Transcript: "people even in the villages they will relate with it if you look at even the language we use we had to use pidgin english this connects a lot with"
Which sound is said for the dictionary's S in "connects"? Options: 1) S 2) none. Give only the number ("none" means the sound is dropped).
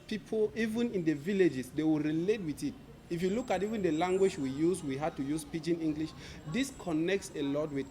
1